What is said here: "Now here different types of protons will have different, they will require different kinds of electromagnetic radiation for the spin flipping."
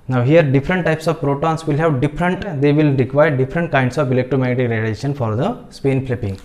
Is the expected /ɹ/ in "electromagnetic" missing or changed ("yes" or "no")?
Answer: yes